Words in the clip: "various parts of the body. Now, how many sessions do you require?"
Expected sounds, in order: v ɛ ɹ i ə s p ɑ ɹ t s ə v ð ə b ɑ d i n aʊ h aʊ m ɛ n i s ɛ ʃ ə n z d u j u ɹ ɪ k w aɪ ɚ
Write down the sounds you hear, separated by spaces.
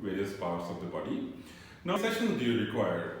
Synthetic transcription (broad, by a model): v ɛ ɹ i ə s p ɑ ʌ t s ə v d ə b ɑ d i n n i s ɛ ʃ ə n d u j u ɹ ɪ k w aɪ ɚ